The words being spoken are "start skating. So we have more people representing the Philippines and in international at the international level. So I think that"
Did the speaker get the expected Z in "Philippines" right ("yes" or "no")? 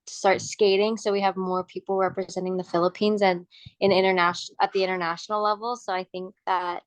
yes